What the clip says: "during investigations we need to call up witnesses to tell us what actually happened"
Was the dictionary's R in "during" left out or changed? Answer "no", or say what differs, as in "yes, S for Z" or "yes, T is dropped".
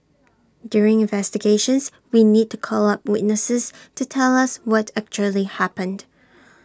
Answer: no